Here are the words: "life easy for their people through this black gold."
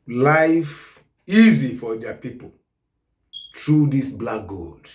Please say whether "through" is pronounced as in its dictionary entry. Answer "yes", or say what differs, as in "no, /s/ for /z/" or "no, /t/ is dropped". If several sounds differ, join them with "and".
no, /t/ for /θ/